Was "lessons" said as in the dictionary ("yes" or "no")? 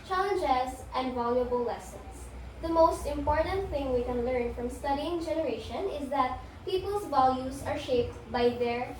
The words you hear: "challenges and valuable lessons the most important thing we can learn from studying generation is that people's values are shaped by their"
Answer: no